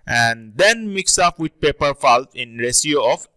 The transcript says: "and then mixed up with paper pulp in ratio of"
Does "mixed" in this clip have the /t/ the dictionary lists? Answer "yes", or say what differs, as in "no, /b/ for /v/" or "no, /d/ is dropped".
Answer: no, /t/ is dropped